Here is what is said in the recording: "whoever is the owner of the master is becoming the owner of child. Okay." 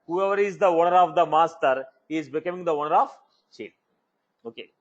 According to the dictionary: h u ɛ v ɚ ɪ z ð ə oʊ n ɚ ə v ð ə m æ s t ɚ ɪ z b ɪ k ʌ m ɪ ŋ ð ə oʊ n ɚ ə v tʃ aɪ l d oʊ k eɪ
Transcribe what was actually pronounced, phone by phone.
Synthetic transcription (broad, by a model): h u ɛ v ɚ ɪ z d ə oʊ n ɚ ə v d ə m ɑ s t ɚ ɪ z b ɪ k ʌ m ɪ ŋ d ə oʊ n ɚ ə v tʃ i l oʊ k eɪ